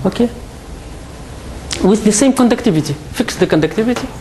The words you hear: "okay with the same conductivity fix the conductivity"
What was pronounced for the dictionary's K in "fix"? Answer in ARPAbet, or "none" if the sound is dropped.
K